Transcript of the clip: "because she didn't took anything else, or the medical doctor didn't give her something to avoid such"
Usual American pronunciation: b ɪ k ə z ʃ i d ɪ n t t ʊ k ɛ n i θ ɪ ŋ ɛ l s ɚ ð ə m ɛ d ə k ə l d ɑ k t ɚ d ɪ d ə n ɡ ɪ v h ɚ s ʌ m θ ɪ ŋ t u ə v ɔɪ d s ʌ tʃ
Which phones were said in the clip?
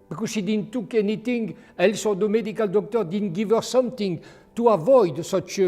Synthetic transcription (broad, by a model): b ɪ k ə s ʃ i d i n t t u k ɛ n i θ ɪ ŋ ɛ l s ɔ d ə m ɛ d ə k ə l d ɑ k t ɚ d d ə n ɡ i v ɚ s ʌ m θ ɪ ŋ t u ə v ɔɪ d s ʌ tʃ